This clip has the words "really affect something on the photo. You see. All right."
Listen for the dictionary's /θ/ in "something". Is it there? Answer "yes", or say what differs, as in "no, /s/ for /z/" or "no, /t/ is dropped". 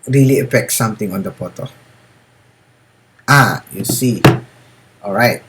no, /t/ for /θ/